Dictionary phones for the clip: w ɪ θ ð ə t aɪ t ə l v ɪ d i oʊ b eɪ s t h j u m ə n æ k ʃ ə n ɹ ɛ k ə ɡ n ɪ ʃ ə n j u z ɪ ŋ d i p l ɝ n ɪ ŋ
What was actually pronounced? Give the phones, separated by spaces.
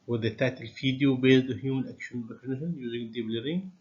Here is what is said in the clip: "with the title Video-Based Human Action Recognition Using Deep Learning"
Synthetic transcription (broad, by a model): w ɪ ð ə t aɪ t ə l f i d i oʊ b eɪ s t h j u m ə n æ k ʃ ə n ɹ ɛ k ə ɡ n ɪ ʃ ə n j u z ɪ ŋ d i b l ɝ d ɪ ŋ